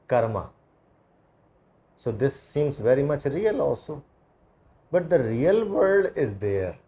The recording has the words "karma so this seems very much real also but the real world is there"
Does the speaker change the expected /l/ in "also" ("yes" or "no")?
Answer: yes